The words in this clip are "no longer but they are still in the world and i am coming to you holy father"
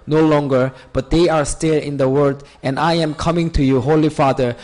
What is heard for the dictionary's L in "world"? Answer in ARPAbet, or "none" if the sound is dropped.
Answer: none